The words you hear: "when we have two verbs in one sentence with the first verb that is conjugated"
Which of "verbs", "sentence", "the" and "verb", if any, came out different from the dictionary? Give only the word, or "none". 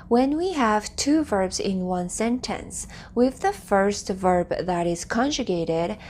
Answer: none